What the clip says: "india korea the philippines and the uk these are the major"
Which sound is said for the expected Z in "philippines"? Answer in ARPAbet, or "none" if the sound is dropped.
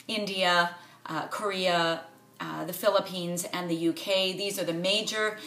Z